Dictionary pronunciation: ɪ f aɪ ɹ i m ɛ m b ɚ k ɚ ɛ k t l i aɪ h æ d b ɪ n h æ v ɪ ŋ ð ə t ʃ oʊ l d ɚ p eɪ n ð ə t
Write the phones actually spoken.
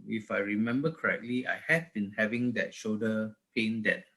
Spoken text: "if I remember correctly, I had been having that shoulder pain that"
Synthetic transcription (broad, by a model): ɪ f aɪ ɹ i m ɛ m b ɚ k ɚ ɛ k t l i aɪ h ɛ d b ɪ n h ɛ v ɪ ŋ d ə t ʃ oʊ d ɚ p eɪ n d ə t